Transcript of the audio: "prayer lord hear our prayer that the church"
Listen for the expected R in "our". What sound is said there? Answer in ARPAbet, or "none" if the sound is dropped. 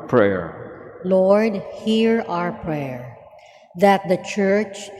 R